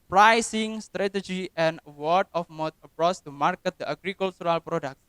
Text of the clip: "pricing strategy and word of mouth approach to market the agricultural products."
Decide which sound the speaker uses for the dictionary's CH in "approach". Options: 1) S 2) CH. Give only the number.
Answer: 1